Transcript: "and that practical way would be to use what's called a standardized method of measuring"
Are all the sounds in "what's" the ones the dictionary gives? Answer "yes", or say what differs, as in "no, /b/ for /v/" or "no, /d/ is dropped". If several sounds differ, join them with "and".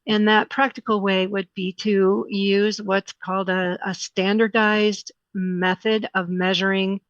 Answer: yes